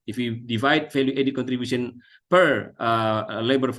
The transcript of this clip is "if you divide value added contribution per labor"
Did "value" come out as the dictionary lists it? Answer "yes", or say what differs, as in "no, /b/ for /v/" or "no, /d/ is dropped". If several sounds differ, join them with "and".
no, /f/ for /v/